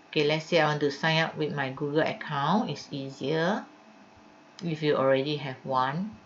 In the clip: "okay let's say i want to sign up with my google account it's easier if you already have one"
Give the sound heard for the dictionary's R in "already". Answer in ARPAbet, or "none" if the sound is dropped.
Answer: R